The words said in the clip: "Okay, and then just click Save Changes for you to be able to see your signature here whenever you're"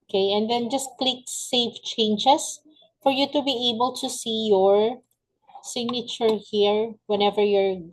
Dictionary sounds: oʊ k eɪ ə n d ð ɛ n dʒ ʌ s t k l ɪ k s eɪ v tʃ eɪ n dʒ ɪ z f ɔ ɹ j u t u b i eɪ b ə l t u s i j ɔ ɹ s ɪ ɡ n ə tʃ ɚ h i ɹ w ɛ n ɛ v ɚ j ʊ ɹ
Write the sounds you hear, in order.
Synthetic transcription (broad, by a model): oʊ k eɪ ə n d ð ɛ n dʒ ʌ s t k l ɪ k s eɪ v tʃ eɪ n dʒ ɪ s f ɔ ɹ j u t u b i eɪ b ə l t u s i j ɔ ɹ s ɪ ɡ n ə tʃ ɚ h i ɹ w ɛ n ɛ v ɚ j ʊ ɹ